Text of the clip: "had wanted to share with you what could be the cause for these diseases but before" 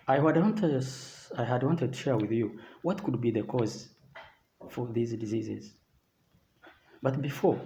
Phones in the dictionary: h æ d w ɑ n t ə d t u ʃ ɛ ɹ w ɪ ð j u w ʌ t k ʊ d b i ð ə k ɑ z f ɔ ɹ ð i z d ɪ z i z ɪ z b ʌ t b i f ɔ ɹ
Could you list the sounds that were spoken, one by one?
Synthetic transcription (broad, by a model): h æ d w ɑ n t ə d t u ʃ ɛ ɹ w ɪ ð j u w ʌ t k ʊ d b i ð ə k ɑ z f ɔ ɹ ð i z d ɪ z i z ɪ z b ʌ t b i f ɔ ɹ